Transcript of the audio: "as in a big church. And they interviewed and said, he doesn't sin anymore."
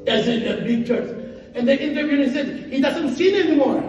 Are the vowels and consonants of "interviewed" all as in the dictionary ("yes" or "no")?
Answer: no